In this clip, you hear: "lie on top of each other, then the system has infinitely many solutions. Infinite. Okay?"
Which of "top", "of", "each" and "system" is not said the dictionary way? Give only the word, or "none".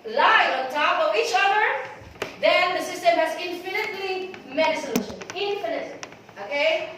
none